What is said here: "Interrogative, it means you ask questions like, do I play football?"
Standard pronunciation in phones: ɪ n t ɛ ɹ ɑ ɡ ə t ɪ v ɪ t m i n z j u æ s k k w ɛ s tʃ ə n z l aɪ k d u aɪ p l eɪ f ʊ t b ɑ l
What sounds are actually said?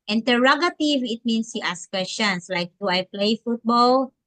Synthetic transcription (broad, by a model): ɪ n t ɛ ɹ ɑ ɡ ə t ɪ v ɪ t m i n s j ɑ s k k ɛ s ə n s l aɪ k d u aɪ p l eɪ f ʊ t b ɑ l